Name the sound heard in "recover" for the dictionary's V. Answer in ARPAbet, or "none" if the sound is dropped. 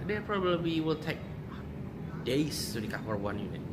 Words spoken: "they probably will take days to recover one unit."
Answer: F